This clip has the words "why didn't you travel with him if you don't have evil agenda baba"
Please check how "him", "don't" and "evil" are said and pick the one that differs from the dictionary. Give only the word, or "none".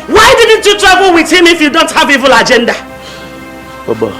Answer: none